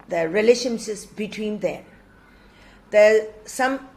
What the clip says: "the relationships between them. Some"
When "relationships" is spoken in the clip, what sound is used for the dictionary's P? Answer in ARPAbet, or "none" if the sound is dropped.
none